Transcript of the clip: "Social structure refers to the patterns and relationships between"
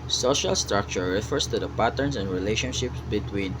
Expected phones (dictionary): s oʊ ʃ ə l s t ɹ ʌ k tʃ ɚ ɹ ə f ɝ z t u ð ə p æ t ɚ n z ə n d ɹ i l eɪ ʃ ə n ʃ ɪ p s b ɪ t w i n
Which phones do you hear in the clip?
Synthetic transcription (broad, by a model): s oʊ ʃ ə l s t ɹ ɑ k tʃ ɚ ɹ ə f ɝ s t u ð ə p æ t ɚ n s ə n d ɹ i l eɪ ʃ ə n ʃ ɪ p s b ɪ t w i n